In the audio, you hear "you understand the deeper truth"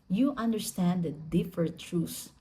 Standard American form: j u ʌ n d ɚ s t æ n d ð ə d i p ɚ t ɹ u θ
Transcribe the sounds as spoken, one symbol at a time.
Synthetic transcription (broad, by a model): j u ʌ n d ɚ s t æ n d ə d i f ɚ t ɹ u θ